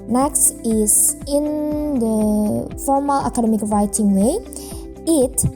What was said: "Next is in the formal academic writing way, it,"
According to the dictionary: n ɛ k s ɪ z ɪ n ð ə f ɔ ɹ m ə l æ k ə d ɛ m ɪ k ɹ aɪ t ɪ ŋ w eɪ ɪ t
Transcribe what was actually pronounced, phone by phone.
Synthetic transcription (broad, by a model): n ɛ k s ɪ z ɪ n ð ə f ɔ ɹ m ə l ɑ k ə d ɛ m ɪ k ɹ aɪ t ɪ ŋ w eɪ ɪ t